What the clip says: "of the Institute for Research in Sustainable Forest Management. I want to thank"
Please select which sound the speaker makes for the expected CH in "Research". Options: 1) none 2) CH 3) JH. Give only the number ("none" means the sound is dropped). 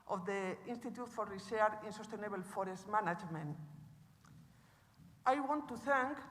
1